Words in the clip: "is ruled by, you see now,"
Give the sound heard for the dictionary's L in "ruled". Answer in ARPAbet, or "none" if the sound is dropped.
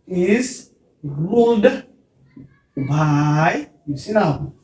none